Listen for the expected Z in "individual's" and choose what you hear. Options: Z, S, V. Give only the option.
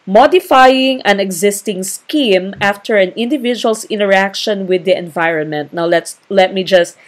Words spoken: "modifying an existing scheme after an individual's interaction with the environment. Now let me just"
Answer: S